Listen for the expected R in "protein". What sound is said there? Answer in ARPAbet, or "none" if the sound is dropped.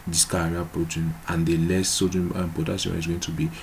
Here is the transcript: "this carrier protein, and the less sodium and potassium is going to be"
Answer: R